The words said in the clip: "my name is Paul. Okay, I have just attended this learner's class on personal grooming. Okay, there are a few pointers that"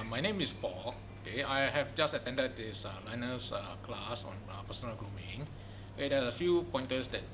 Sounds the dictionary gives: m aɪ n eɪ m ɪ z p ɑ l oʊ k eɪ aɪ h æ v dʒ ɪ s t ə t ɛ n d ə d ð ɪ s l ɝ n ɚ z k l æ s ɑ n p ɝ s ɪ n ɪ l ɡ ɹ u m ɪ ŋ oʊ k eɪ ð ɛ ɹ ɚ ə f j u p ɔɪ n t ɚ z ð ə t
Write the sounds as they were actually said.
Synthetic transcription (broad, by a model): m aɪ n eɪ m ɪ s p ɑ l oʊ k eɪ aɪ h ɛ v dʒ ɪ s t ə t ɛ n d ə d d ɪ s l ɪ n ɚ s k l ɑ s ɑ n p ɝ s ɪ n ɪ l ɡ ɹ u m ɪ ŋ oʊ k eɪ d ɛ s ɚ ə f j u p ɔɪ n t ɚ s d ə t